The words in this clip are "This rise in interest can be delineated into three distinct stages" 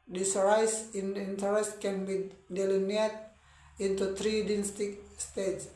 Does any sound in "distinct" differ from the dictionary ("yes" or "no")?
yes